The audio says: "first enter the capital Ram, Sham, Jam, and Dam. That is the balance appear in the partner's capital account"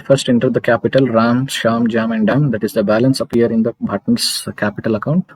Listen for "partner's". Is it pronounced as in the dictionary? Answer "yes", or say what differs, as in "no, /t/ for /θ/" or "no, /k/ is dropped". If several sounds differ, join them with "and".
no, /b/ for /p/